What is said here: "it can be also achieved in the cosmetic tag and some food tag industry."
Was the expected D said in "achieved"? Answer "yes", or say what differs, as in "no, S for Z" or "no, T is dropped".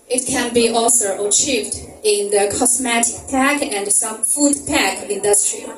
yes